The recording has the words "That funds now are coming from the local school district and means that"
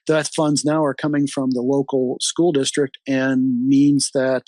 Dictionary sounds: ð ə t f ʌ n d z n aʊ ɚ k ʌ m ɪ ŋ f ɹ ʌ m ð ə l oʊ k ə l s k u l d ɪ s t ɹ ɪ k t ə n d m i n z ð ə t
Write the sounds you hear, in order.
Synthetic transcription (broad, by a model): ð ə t f ʌ n d z n aʊ ɚ k ʌ m ɪ ŋ f ɹ ʌ m ð ə l oʊ k l s k u l d ɪ s t ɹ ɪ k t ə n m i n z ð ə t